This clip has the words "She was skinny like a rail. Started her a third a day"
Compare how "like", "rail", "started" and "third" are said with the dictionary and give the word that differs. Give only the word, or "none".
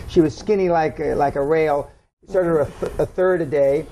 none